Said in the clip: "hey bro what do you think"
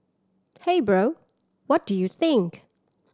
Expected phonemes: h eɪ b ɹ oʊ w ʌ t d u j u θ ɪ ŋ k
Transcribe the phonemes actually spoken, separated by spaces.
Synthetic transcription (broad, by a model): h eɪ b ɹ oʊ w ʌ t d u j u θ ɪ ŋ k